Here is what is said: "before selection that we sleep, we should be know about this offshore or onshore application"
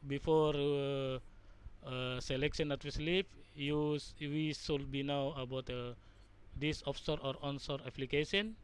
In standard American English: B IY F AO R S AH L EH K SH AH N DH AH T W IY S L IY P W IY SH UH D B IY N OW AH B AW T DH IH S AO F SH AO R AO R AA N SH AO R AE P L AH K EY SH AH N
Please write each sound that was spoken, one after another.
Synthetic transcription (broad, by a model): B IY F AO R S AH L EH K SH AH N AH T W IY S L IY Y W IY S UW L B IY N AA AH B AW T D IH S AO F S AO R AO R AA N S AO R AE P L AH K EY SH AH N